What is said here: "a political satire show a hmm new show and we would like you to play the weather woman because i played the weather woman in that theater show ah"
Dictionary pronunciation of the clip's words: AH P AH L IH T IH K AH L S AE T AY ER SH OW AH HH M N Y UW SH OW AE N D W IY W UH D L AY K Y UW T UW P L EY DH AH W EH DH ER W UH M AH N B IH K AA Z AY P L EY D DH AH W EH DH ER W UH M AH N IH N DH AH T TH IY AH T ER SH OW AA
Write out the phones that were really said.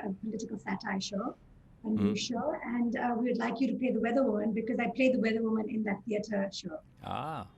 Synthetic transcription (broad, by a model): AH P AH L IH T IH K AH L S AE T AY SH OW AH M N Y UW SH OW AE N D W IY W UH D L AY K Y UW T UW P L EY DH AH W EH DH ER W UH M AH N B IH K AA Z AY P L EY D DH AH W EH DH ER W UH M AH N IH N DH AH T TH IY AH T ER SH OW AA